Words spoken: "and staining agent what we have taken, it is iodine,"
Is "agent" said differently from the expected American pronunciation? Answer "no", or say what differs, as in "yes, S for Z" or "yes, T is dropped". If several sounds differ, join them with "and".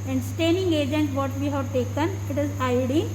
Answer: no